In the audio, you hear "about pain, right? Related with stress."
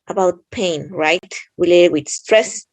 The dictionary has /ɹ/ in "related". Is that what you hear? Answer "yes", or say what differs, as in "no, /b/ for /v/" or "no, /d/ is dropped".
no, /w/ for /ɹ/